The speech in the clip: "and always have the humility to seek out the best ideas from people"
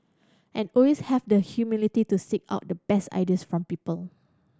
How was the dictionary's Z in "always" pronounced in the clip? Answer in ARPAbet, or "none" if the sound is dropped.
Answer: S